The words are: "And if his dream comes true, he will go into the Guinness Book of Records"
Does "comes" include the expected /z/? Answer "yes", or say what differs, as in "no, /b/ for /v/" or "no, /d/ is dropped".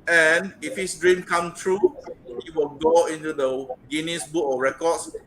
no, /z/ is dropped